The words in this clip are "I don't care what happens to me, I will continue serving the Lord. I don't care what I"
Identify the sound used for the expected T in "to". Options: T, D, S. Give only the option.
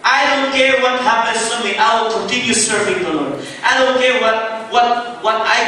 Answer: S